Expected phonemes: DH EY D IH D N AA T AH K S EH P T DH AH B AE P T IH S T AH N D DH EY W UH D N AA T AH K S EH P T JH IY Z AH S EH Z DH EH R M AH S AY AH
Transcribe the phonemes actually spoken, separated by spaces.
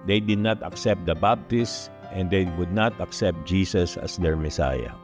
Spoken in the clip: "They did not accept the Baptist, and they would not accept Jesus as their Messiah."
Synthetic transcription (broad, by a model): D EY D IH D N AA T AH K S EH P T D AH B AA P T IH S T AH N D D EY W UH D N AA T AH K S EH P T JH IY S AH S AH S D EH R M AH S AY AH